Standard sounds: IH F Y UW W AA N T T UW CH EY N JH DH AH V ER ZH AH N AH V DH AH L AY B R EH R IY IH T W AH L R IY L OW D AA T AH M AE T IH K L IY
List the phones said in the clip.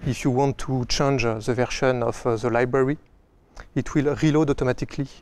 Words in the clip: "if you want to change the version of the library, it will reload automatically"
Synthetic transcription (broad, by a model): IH F Y UW W AA N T T UW CH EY N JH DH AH V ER SH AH N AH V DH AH L AY B R EH R IY IH T W AH L R IY L OW D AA T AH M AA T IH K L IY